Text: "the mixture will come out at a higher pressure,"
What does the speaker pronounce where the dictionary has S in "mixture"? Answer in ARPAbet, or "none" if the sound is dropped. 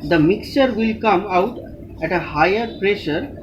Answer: S